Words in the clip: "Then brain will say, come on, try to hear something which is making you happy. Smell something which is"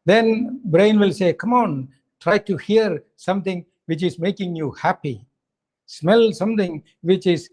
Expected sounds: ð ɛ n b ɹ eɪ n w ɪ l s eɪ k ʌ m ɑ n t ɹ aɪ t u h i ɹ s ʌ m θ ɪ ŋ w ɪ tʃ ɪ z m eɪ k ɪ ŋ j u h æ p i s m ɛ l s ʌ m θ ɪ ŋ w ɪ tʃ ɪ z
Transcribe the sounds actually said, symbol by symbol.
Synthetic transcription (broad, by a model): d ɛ n b ɹ eɪ n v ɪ l s eɪ k ʌ m ɑ n t ɹ aɪ t u h i ɹ s ʌ m t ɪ ŋ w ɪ tʃ ɪ z m eɪ k ɪ ŋ j u h æ p i s m ɛ l s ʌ m t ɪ ŋ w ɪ tʃ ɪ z